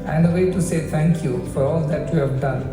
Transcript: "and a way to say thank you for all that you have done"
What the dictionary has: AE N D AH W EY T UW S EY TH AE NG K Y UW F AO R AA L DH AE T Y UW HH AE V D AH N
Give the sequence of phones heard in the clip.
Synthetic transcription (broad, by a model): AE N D AH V EY T UW S EY T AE NG K Y UW F AO R AA L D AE T Y UW HH AE V D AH N